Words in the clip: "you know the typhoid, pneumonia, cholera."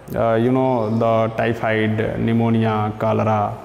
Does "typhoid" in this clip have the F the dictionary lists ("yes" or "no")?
no